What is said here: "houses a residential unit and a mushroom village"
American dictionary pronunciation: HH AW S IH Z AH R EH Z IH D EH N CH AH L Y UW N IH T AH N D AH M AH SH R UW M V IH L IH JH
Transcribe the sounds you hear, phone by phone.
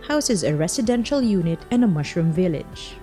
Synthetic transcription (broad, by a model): HH AW S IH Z AH R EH S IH D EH N SH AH L Y UW N IH T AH N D AH M AH SH R UW M V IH L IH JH